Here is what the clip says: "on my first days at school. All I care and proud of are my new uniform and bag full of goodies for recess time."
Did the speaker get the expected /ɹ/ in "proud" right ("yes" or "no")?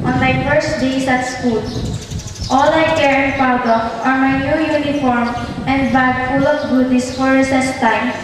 no